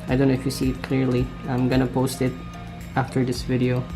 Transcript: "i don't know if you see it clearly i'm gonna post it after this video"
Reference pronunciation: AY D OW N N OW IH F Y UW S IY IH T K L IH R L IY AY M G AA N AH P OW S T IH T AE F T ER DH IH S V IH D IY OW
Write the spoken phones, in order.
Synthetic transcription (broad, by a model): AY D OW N N OW IH F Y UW S IY IH T K L IH R L IY AY M G AA N AH P OW S T IH T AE F T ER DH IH S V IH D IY OW